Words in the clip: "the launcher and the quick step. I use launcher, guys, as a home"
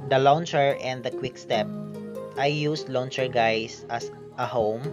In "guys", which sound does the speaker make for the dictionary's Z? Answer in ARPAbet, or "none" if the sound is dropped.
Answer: S